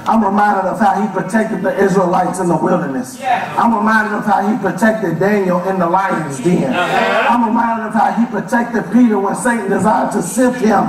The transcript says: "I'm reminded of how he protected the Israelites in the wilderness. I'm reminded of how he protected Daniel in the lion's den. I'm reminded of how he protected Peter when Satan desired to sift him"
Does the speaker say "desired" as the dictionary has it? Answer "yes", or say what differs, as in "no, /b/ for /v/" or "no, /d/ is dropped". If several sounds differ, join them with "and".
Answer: yes